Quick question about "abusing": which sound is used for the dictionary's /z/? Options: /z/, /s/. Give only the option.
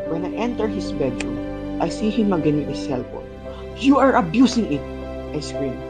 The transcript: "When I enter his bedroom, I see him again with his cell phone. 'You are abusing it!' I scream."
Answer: /s/